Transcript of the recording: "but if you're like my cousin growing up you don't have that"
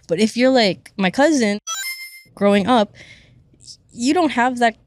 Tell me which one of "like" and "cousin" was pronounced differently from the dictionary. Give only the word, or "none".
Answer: none